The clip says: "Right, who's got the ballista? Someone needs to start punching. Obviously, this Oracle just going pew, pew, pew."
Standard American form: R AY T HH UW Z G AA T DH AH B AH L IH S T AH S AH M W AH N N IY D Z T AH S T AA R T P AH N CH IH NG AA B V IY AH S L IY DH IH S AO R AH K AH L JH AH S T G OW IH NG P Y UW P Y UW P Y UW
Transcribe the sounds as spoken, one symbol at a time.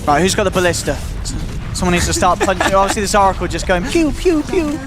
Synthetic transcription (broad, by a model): R AY T HH UW Z G AA T DH AH B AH L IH S T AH S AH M W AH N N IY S T AH S T AA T P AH N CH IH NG AA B V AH S L IY DH IH S AO R AH K AH L JH AH S G OW IH NG P Y UW P Y UW P Y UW